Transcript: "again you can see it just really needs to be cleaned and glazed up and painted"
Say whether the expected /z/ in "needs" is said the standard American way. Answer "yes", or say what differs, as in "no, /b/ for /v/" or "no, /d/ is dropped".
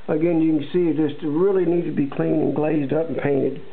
no, /z/ is dropped